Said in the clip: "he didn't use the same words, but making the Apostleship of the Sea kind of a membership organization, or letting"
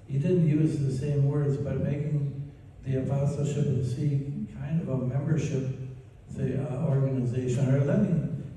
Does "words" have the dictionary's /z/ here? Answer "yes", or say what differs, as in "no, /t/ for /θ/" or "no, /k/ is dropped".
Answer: yes